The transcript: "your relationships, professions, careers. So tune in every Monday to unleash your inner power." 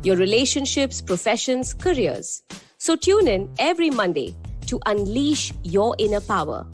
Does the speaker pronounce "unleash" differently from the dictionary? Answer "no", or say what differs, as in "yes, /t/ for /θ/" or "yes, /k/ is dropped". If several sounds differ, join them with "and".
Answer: no